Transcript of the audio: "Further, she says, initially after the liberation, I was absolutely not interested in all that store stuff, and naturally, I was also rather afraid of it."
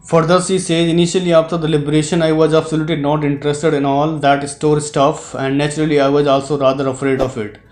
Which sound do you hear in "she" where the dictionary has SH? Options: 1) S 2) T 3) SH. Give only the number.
1